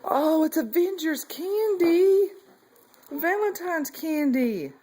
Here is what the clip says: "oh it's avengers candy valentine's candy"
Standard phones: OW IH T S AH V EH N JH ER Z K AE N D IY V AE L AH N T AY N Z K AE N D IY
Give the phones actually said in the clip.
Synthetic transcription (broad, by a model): OW IH T S AH V EH N JH ER Z K AE N D IY V AE L AH N T AY N Z K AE N D IY